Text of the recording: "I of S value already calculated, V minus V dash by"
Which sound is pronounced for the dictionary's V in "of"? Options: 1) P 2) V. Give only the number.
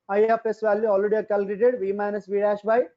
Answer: 1